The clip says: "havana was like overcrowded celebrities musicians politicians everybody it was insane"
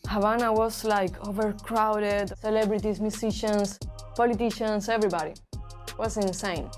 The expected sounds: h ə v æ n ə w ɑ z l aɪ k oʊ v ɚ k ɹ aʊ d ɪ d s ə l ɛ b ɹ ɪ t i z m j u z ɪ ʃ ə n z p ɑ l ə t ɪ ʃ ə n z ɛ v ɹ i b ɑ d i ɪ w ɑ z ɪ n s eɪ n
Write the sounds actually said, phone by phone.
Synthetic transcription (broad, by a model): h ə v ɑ n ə w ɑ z l aɪ k oʊ v ɚ k ɹ aʊ d ɪ d s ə l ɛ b ɹ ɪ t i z m j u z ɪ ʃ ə n s p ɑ l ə t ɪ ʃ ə n s ɛ v ɹ i b ɑ d i w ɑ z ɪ n s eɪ n